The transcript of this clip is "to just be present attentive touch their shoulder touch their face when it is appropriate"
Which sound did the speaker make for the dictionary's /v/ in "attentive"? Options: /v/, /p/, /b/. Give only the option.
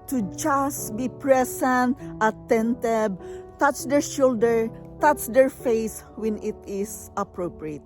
/b/